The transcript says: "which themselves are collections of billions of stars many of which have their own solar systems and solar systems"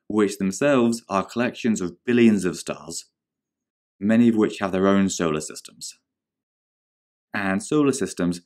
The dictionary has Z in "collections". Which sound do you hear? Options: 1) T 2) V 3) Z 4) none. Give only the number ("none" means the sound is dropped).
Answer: 3